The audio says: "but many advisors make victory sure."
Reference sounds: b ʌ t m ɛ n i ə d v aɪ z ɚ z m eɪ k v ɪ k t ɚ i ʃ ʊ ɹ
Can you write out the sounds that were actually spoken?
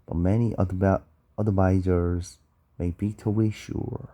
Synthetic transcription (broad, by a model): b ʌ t m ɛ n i ə d v aɪ z ɚ z m eɪ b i t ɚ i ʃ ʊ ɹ